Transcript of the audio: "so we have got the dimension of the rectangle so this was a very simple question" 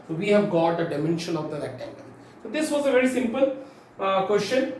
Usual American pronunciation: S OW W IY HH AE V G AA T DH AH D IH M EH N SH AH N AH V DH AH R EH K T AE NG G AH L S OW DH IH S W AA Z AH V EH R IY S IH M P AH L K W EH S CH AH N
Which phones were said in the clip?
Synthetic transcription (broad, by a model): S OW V IY HH AE V G AA T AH D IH M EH N SH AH N AH V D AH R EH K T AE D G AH N S OW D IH S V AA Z AH V EH R IY S IH M P AH L K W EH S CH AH N